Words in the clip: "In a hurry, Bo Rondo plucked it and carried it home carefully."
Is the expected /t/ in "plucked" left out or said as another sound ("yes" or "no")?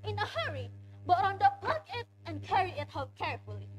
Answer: yes